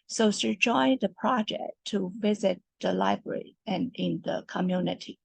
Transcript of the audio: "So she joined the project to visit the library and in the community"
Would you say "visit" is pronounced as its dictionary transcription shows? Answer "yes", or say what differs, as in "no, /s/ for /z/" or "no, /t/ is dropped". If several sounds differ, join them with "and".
yes